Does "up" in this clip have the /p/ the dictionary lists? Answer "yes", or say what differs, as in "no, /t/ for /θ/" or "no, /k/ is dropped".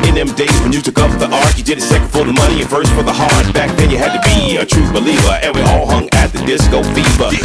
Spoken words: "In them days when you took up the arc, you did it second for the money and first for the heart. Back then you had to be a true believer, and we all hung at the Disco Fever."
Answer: no, /f/ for /p/